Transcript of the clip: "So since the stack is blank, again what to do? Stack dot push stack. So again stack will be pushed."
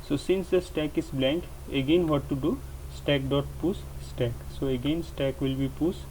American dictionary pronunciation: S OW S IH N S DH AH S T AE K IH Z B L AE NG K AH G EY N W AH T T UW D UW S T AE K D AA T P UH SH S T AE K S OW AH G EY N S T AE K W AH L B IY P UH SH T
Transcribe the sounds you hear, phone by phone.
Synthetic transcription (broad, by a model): S OW S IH N S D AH S T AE K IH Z B L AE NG K AH G EY N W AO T T UW D UW S T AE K D AA T P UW S S T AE K S OW AH G EY N S T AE K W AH L B IY P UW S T